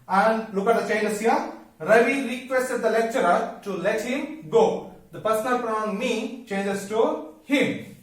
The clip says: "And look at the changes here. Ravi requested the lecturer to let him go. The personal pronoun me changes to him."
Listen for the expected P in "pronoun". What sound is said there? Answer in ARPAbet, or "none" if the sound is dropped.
F